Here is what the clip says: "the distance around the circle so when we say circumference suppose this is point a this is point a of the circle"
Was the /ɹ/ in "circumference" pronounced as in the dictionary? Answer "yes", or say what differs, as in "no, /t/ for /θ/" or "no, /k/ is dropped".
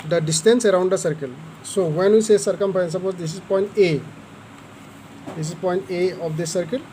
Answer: no, /ɹ/ is dropped